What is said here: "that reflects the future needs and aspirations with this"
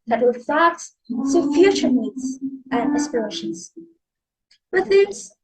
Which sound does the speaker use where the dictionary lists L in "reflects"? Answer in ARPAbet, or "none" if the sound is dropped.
none